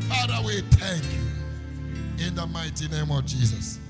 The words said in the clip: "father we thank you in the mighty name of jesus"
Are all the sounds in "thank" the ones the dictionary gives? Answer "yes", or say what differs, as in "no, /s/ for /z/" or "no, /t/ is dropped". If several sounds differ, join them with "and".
no, /t/ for /θ/